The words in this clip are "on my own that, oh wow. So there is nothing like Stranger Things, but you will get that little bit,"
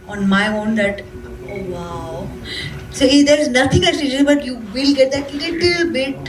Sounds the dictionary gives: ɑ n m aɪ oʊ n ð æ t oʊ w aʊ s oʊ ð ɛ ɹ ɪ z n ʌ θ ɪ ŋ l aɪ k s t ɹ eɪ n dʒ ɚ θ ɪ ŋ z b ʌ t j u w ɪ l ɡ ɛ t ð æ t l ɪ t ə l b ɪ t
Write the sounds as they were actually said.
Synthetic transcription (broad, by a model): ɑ n m aɪ oʊ n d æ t oʊ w aʊ s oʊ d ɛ ɹ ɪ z n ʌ t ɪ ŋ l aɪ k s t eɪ dʒ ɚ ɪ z b ʌ t j u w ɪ l ɡ ɛ t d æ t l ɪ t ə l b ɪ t